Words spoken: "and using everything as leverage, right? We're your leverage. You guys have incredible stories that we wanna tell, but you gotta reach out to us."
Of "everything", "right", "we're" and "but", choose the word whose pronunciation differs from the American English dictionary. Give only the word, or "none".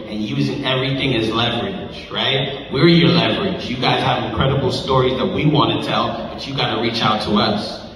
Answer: none